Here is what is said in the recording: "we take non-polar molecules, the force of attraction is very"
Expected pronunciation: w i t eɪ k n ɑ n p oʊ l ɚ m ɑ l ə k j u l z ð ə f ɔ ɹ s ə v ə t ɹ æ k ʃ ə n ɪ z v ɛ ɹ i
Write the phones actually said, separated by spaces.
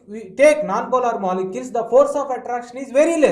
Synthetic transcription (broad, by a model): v i t eɪ k n ɑ n b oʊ l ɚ m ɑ l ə k j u l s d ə f ɔ ɹ s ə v ə t ɹ æ k ʃ ə n ɪ z v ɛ ɹ i